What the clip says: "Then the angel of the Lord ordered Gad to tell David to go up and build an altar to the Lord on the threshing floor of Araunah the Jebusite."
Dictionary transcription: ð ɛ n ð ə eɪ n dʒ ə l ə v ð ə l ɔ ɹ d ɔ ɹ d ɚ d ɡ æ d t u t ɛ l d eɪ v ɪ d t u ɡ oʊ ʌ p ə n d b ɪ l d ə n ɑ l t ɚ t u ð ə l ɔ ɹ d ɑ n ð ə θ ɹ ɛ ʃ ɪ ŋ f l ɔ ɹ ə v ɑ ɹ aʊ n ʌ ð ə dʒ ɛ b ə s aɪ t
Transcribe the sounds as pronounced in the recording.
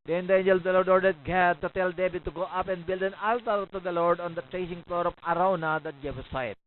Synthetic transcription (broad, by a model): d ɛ n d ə eɪ n dʒ ə l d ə l ɔ ɹ d ɔ ɹ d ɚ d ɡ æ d t u t ɛ l d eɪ b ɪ t u ɡ oʊ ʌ p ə n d b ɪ l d ə n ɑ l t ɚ t u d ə l ɔ ɹ d ɑ n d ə t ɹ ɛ s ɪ ŋ f l ɔ ɹ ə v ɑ ɹ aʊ n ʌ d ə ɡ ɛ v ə s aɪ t